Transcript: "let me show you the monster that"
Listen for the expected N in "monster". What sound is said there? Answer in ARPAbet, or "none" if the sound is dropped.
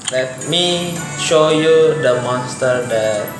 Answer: none